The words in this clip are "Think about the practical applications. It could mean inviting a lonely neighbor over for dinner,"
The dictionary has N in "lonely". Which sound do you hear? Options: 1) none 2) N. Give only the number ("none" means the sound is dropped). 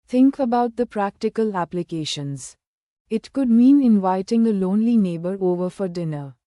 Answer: 2